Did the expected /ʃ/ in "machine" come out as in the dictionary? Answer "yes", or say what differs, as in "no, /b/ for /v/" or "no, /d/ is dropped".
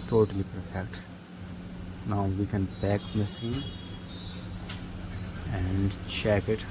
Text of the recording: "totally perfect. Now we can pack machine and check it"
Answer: no, /s/ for /ʃ/